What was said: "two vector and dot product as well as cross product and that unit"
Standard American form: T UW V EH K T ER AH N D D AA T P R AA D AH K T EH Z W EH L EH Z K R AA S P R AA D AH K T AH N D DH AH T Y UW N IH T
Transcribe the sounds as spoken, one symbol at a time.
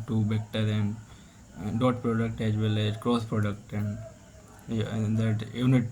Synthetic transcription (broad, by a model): T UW B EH K T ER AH N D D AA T P R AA D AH K T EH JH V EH L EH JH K R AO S P R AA D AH K T AH N D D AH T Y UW N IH T